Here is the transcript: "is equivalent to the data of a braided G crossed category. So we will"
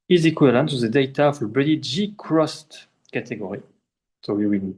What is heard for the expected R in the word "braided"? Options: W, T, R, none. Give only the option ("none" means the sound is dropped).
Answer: none